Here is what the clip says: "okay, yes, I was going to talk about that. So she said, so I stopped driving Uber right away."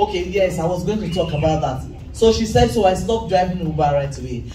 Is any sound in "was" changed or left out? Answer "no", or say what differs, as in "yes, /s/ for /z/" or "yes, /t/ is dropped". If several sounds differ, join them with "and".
no